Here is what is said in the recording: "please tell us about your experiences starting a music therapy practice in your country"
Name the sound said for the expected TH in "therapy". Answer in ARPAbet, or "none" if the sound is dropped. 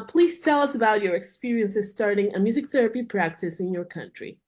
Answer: TH